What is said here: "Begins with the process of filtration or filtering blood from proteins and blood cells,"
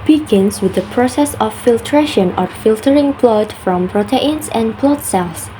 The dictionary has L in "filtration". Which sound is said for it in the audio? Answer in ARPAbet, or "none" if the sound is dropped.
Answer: L